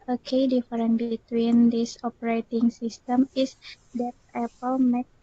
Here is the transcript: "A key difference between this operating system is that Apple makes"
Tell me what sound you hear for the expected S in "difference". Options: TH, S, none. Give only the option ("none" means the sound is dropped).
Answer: none